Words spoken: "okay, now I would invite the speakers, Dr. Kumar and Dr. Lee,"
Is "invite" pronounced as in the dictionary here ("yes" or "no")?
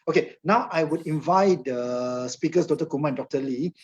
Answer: yes